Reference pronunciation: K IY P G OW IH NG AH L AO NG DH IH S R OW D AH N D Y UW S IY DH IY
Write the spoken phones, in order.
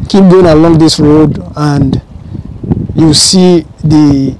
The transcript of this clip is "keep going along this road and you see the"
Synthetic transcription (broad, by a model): K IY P G OW IH NG AH L AO NG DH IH S R OW D AH N D Y UW S IY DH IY